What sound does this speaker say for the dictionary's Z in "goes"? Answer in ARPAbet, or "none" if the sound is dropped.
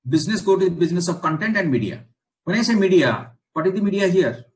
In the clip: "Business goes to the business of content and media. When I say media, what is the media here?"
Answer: none